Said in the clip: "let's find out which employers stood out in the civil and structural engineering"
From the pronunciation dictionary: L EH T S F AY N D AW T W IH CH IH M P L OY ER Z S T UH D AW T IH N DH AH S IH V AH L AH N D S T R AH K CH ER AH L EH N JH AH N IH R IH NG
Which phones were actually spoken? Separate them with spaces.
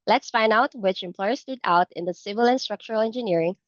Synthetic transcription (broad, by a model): L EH T S F AY N D AW T W IH CH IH M P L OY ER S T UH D AW T IH N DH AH S IH V AH L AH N S T R AH K CH ER AH L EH N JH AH N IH R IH NG